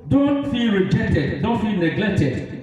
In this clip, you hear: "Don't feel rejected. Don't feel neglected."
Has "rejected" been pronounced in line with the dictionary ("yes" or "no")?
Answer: yes